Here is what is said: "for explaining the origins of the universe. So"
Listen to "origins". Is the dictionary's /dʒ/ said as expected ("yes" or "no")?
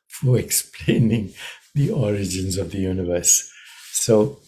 yes